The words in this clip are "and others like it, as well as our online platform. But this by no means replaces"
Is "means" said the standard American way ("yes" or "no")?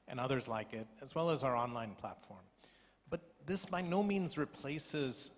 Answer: yes